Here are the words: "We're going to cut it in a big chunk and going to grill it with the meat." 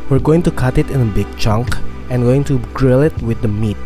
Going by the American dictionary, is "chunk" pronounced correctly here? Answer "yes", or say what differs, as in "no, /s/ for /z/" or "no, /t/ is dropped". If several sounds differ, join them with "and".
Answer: yes